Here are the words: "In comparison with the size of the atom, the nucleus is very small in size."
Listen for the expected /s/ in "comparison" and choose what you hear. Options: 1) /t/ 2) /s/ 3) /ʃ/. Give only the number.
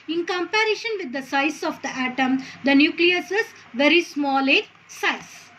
3